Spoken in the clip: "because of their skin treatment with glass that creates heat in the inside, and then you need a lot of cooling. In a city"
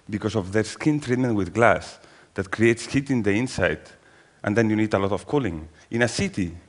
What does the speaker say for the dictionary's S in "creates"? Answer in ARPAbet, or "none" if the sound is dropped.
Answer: S